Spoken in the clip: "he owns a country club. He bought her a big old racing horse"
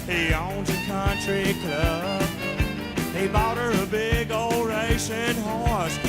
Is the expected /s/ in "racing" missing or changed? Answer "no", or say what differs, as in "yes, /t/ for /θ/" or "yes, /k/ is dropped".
yes, /ʃ/ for /s/